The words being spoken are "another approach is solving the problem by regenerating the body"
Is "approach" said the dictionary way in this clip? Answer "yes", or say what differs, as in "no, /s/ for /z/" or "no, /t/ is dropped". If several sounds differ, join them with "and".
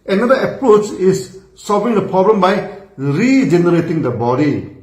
yes